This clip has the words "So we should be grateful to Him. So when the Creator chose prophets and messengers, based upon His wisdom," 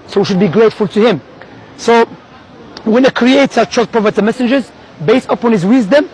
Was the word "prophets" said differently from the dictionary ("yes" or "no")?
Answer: yes